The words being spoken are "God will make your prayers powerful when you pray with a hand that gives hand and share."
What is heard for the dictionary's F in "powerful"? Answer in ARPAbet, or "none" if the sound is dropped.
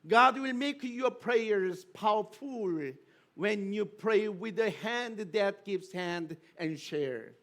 F